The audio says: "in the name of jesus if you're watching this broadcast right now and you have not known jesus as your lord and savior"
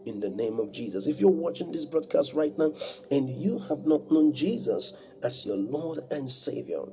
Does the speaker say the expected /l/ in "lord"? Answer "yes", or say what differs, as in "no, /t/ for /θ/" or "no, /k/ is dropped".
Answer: yes